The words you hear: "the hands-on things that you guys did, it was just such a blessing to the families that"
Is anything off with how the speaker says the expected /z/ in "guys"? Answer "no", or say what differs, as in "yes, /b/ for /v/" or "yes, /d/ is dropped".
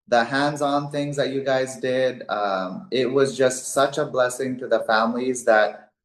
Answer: no